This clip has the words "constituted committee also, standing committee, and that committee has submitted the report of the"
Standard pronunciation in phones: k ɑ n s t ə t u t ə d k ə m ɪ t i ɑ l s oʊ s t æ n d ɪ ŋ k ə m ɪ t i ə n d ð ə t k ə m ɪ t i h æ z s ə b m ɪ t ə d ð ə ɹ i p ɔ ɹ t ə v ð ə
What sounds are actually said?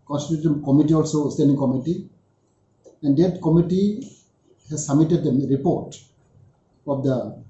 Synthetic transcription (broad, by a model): k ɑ n s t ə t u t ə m k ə m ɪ t i ɑ l s oʊ s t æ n d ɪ ŋ k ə m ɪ t i ə n d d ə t k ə m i t i h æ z s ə m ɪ t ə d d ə ɹ i p ɔ ɹ t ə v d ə